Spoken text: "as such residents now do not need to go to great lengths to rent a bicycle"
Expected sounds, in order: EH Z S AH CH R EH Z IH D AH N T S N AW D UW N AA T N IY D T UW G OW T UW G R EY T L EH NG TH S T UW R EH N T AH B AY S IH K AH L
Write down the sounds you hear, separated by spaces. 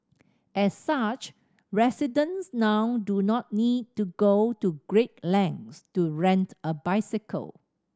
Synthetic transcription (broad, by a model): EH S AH CH R EH S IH D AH N S N AW D UW N AA T N IY D T UW G OW T UW G R EY T L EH NG S T UW R EH N T AH B AY S IH K AH L